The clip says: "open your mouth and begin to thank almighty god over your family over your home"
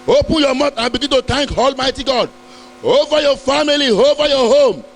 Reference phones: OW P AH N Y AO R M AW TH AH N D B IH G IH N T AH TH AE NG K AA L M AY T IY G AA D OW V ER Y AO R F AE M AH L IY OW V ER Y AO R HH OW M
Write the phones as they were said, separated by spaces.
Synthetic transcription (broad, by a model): OW P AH N Y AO M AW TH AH N B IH G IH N T AH T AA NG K AA L M AY T IY G AA D OW V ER Y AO F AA M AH L IY OW V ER Y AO HH OW M